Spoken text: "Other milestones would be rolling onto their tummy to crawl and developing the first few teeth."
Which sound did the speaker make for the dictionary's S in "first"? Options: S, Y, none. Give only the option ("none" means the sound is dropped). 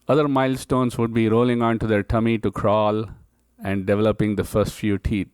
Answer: S